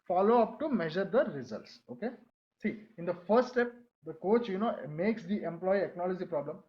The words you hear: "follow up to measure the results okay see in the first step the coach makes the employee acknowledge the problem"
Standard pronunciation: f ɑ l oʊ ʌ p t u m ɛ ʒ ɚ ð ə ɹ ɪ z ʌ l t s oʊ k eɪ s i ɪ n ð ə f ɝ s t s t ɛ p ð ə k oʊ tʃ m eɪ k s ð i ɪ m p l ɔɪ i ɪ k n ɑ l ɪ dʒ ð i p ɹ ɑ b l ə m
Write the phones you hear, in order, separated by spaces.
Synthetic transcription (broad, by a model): f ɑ l oʊ ʌ p t u m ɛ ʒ ɚ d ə ɹ ɪ z ʌ l t s oʊ k eɪ s i ɪ n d ə f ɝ t s t ɛ p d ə k oʊ tʃ m eɪ k s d i ɪ m p l ɔɪ i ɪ k n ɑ l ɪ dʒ i p ɹ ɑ b l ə m